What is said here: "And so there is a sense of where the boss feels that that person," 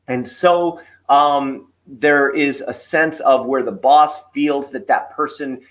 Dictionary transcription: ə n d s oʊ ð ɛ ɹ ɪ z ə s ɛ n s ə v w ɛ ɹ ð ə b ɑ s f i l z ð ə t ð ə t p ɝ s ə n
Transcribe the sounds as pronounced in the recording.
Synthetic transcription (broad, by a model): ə n s oʊ ð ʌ ɹ ɪ z ə s ɛ n s ə v w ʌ ɹ ð ə b ɑ s f i l z ð ə t ð ə t p ɝ s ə n